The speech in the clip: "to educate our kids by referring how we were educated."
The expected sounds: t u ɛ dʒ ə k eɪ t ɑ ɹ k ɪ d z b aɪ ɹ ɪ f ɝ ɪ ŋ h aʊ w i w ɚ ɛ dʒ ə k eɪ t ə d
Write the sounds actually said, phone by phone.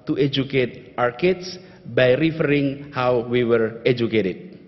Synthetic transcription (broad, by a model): t u ɛ dʒ ə k eɪ t ɑ ɹ k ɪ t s b aɪ ɹ ɪ f ɝ ɪ ŋ h aʊ w i w ɚ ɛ dʒ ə k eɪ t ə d